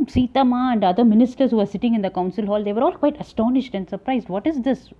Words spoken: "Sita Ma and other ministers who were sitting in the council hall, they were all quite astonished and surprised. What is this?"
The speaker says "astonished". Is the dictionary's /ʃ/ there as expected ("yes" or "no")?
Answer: yes